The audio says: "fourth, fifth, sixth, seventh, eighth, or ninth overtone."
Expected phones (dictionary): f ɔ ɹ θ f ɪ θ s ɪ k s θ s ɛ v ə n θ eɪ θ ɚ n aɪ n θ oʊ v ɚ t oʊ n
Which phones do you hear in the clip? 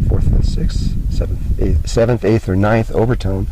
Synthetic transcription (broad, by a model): f ɔ ɹ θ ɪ s ɪ k s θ s ɛ v ə n θ eɪ θ ɚ n aɪ n θ oʊ v ɚ t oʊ n